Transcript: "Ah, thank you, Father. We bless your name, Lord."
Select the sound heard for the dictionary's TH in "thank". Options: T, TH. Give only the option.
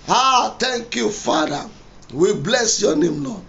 T